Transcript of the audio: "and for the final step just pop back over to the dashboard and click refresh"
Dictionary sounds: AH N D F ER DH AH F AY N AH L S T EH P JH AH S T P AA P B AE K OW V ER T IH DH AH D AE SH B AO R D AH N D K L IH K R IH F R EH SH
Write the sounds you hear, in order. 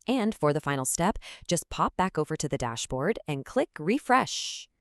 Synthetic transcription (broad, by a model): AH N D F ER DH AH F AY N L S T EH P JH AH S P AA P B AE K OW V ER T IH DH AH D AE SH B AO R D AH N K L IH K R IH F R EH SH